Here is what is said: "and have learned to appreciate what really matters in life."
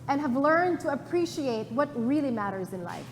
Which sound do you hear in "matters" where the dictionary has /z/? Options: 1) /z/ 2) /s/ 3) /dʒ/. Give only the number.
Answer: 1